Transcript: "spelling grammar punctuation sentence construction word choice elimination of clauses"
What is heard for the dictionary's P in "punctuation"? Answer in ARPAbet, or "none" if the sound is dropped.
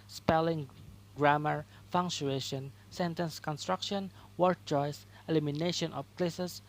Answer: F